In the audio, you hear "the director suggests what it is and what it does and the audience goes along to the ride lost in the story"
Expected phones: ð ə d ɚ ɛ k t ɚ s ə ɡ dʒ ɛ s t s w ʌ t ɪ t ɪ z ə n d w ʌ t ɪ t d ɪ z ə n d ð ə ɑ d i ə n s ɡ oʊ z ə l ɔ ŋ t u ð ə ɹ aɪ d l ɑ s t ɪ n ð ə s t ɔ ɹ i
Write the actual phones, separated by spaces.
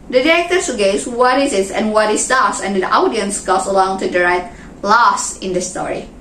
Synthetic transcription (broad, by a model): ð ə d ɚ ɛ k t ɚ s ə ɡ ɛ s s w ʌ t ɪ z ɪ s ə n w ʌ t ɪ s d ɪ s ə n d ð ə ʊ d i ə n s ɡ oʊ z ə l ɔ ŋ t u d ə ɹ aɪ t l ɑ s ɪ n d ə s t ɔ ɹ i